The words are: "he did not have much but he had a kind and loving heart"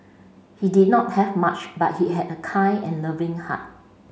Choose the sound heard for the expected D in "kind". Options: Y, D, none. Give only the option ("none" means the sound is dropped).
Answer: none